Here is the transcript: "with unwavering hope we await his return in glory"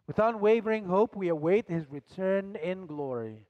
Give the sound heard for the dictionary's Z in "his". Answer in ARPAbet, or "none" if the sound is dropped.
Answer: Z